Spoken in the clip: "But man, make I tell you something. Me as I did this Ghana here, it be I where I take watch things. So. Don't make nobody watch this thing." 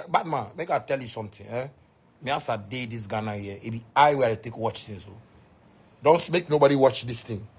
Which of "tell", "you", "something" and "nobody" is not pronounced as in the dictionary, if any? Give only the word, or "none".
something